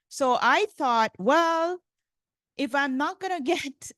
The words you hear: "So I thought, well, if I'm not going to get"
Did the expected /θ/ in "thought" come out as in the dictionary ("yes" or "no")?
yes